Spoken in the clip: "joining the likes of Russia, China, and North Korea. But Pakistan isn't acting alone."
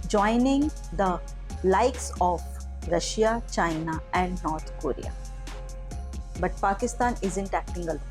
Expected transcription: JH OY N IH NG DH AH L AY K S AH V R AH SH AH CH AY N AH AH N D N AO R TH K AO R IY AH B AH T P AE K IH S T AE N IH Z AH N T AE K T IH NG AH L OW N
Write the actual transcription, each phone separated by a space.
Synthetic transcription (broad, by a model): JH OY N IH NG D AH L AY K S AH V R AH SH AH CH AY N AH AH N D N AO R T K AO R IY AH B AH T P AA K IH S T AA N IH Z AH N T AE K T IH NG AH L